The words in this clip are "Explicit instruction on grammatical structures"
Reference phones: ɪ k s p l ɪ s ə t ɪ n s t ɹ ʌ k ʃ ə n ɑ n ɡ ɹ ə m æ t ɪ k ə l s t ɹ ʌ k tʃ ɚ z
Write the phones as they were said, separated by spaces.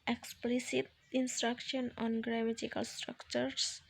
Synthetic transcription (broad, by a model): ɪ k s p l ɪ s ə t ɪ n s t ɹ ʌ k ʃ ə n ɑ n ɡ ɹ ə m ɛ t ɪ k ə l s t ɹ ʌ k tʃ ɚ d